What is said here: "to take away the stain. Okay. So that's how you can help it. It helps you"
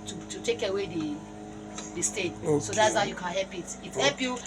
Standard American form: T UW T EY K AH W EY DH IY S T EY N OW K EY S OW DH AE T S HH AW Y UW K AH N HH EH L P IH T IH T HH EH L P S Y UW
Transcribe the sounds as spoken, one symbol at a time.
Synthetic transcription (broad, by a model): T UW T EY K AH W EY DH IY S T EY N S OW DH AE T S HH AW Y UW K AH N HH EH L P IH T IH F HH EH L P Y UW